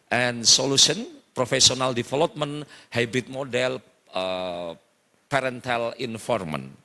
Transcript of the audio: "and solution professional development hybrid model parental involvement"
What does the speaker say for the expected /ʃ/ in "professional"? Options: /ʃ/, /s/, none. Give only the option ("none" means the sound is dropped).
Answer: /s/